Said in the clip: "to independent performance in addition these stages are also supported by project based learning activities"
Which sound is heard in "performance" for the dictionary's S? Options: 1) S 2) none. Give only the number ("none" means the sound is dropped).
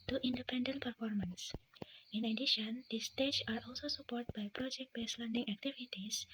1